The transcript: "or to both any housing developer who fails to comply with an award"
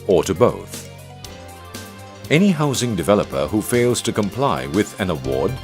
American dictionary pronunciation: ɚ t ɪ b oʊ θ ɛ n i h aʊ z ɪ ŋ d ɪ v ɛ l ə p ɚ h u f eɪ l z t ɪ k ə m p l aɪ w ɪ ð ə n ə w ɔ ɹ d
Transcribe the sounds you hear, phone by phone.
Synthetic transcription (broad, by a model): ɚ t ɪ b oʊ θ ɛ n i h aʊ z ɪ ŋ d ɪ v ɛ l ə p ɚ h u f eɪ l z t ɪ k ə m p l aɪ w ɪ ð ə n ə w ɔ ɹ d